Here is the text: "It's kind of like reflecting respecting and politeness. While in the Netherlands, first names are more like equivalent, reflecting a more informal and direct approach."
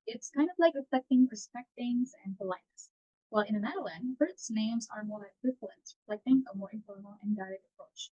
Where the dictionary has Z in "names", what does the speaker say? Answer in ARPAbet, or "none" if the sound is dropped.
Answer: Z